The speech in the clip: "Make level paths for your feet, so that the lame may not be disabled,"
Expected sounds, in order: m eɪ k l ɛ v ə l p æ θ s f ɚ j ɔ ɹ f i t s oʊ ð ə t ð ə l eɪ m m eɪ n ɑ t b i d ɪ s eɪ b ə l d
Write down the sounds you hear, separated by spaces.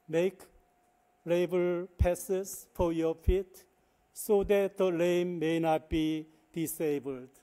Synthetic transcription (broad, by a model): m eɪ k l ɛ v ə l p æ s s f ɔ j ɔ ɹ f i t s oʊ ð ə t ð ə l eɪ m m eɪ n ɑ t b i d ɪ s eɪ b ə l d